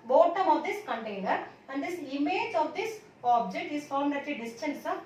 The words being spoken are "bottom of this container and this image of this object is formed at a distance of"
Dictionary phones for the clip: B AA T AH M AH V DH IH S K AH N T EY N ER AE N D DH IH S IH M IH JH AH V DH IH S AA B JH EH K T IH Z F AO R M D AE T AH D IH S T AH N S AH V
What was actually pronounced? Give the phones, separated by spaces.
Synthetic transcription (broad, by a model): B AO T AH M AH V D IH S K AH N T EY N ER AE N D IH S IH M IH JH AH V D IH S AA B JH EH K T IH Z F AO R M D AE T AH D IH S T AH N S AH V